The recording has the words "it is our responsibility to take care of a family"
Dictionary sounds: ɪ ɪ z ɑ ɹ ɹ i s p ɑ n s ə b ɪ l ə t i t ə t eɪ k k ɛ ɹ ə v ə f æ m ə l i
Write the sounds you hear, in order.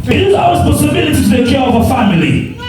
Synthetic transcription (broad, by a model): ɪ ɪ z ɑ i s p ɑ s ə b ɪ l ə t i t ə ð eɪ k k ɛ ɹ ə v ə f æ m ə l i